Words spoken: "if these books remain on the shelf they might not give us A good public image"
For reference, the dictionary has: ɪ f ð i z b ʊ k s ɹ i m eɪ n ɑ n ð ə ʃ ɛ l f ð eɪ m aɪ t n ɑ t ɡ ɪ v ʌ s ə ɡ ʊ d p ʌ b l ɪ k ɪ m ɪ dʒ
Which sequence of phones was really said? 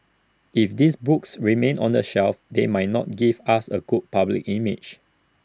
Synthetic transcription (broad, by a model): ɪ f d i s b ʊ k s ɹ i m eɪ n ɑ n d ə ʃ ɛ l f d eɪ m aɪ t n ɑ t ɡ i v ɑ s ə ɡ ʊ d p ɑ b l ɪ k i m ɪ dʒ